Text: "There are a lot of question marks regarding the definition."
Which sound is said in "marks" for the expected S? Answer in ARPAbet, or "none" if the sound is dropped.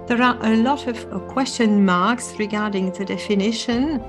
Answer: S